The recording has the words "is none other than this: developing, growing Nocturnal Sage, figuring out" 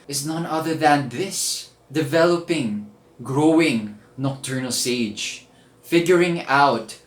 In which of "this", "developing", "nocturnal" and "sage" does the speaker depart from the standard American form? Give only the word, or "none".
none